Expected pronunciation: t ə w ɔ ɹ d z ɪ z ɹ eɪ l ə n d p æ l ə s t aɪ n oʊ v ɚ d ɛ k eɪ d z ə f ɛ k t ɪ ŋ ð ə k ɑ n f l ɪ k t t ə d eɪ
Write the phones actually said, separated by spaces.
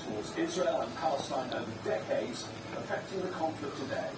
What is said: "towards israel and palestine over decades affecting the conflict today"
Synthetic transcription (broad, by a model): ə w ɔ d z ɪ z ɹ eɪ l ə n p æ l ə s t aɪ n oʊ v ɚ d ɛ k eɪ d z ə f ɛ k t ɪ ŋ ð ə k ɑ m f l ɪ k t t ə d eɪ